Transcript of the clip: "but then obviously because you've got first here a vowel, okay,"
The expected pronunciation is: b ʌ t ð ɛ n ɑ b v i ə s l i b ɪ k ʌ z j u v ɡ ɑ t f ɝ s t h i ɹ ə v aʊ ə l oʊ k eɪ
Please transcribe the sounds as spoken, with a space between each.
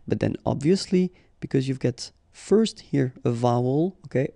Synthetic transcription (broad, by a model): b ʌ t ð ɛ n ɑ b v i ə s l i b ɪ k ʌ z j u v ɡ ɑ t f ɝ s t h i ɹ ə v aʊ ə l oʊ k eɪ